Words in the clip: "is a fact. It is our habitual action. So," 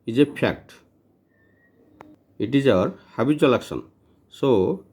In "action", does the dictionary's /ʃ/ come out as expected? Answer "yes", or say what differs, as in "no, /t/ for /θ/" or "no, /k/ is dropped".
no, /s/ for /ʃ/